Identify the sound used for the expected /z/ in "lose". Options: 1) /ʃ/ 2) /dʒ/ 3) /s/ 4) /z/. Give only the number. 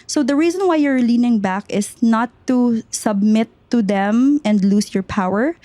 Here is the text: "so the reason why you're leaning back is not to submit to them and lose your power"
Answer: 3